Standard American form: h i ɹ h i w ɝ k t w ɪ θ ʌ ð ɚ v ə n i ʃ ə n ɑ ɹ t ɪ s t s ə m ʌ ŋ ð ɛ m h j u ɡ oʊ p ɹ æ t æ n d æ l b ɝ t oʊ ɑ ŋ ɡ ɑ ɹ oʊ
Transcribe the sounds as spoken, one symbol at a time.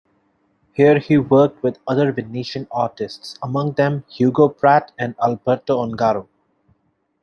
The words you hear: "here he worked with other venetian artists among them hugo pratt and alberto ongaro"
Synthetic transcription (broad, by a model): h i ɹ h i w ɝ k t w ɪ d ʌ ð ɚ v ə n i ʃ ə n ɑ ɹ t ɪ s t s ə m ʌ ŋ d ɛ m h j u ɡ oʊ p ɹ æ t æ n d æ l b ɝ t oʊ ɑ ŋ ɡ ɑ ɹ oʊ